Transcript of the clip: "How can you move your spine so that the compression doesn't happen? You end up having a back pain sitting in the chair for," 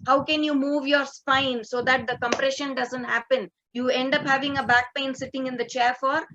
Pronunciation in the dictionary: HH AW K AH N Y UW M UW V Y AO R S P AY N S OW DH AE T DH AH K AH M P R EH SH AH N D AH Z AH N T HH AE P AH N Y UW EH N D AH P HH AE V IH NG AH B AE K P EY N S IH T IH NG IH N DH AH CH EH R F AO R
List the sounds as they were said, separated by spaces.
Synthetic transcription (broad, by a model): HH AW K AH N Y UW M UW V Y AO R S P AY N S OW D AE T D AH K AH M P R EH SH AH N D AH Z AH N T HH AE P AH N Y UW EH N D AH P HH AE V IH NG AH B AE K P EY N S IH T IH NG IH N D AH CH EH R F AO R